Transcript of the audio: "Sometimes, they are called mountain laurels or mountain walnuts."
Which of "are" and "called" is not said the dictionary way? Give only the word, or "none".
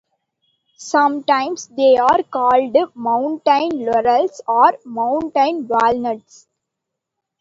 none